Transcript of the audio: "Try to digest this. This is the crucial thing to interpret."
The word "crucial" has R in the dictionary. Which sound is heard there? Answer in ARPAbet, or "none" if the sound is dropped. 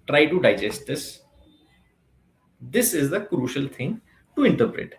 R